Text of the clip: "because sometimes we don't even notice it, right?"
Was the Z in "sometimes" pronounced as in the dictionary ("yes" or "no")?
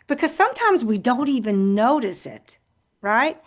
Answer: yes